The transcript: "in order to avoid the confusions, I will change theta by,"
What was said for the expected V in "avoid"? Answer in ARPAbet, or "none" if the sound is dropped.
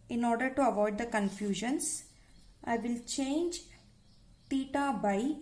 V